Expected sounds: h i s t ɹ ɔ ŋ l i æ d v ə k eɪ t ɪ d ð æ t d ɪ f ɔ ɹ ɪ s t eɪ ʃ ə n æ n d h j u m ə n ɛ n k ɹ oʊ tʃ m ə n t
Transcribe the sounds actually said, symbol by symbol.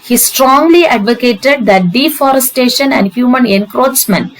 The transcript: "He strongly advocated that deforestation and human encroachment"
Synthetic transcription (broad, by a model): h i s t ɹ ɔ ŋ l i æ d v ə k eɪ t ɪ d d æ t d ɪ f ɔ ɹ ɪ s t eɪ ʃ ə n æ n d h j u m ə n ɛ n k ɹ oʊ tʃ m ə n